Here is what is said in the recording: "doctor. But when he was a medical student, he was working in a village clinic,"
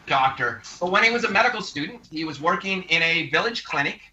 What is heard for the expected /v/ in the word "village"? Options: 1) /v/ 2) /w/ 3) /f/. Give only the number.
1